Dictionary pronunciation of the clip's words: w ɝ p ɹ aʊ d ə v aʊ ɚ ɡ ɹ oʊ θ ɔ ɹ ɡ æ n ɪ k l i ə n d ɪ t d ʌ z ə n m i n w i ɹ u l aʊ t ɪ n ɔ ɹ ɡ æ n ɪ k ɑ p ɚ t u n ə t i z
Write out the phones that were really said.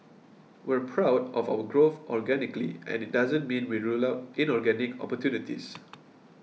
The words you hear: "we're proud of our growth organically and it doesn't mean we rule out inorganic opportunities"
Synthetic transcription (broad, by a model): w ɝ p ɹ aʊ d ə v aʊ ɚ ɡ ɹ oʊ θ ɔ ɹ ɡ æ n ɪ k l i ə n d ɪ t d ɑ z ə n m i n w i ɹ u l aʊ t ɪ n ɔ ɹ ɡ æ n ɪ k ɑ p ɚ t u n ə t i s